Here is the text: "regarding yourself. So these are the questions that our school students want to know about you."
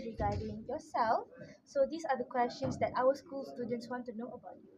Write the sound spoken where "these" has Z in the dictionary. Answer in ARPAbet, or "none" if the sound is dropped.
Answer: S